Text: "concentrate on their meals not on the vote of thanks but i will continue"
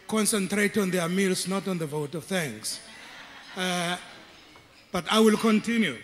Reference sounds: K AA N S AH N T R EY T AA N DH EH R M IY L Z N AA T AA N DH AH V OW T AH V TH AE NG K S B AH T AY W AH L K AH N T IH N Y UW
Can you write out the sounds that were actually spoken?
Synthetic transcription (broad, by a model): K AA N S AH N T R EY T AA N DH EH M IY L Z N AA T AA N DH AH V OW T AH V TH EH NG S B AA T AY W AH L K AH N T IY N Y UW